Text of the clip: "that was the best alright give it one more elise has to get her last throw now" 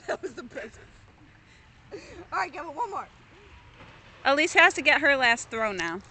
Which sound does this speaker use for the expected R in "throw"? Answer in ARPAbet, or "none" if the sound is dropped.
R